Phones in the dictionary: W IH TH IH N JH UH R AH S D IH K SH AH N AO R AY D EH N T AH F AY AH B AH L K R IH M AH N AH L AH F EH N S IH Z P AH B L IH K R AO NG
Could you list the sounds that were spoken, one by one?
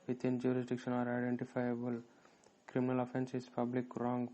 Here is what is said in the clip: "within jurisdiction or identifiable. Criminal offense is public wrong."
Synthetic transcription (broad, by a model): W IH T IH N JH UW R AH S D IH K SH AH N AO R AY D EH N T AH F AY AH B AH L K R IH M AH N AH L AH F EH N S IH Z P AH B L IH K R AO NG